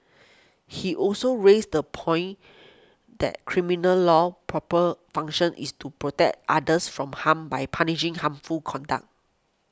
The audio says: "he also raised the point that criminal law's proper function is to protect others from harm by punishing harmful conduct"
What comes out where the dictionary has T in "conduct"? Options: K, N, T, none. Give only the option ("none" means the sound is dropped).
none